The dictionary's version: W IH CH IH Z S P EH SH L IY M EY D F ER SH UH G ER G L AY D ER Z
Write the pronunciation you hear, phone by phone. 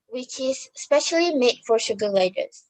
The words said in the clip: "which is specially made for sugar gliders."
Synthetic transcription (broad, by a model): W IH CH IH Z S P EH SH L IY M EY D F ER SH UH G ER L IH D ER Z